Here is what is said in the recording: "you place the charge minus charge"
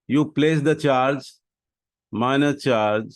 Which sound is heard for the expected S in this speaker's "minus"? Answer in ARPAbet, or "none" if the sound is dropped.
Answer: none